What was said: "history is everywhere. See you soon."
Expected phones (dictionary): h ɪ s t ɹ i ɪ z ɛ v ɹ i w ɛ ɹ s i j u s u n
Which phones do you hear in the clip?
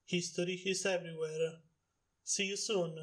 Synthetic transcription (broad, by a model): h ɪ s t ɹ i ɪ s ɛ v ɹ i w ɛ ɹ s i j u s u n